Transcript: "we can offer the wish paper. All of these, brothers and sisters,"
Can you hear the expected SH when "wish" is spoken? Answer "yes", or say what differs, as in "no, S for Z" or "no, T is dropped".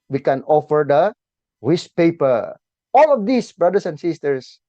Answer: no, S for SH